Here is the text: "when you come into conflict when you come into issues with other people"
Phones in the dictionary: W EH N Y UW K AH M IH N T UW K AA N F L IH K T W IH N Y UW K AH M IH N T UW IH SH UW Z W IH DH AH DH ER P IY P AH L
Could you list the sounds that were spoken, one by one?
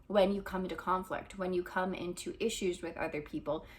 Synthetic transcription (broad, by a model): W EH N Y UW K AH M IH N T UW K AA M F L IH K T W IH N Y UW K AH M IH N T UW IH SH UW Z W IH DH AH DH ER P IY P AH L